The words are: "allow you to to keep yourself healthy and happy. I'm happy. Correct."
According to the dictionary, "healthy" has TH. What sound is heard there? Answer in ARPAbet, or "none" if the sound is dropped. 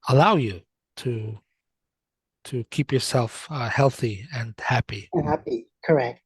TH